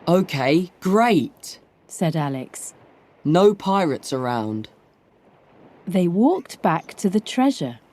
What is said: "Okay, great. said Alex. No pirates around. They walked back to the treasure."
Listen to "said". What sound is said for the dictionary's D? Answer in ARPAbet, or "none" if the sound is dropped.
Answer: D